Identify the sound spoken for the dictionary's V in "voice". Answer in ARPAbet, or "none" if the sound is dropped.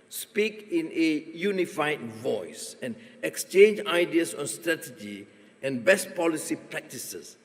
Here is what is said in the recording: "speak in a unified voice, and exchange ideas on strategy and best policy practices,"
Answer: V